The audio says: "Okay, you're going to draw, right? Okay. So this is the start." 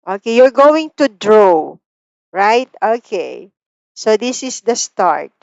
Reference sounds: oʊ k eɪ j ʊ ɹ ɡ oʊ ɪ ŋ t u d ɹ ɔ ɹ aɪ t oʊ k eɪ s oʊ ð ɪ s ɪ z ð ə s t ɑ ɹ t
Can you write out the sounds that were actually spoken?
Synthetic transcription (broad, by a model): oʊ k eɪ j ʊ ɹ ɡ oʊ ɪ ŋ t u d ɹ ɔ ɹ aɪ t oʊ k eɪ s oʊ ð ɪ s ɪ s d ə s t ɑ ɹ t